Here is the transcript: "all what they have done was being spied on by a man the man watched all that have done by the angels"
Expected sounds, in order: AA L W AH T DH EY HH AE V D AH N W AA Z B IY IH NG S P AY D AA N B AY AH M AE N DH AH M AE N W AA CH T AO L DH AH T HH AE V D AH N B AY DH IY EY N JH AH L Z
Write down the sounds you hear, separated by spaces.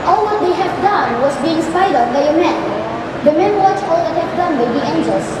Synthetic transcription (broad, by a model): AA L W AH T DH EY HH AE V D AH N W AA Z B IY IH NG S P AY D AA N B AY AH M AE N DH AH M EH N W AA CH AO L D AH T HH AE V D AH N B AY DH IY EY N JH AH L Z